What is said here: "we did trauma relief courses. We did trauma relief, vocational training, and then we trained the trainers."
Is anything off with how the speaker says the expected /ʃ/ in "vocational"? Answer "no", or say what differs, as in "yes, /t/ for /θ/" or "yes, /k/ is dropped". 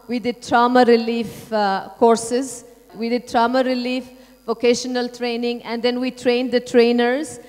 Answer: no